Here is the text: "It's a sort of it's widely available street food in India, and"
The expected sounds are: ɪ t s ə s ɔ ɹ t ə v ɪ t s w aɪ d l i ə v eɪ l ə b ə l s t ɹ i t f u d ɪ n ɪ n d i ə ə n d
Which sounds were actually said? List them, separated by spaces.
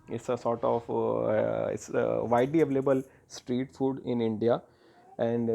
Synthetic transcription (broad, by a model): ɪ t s ə s ɔ ɹ t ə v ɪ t s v aɪ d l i ə v eɪ l ə b ə l s t ɹ i t f u d ɪ n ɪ n d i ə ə n d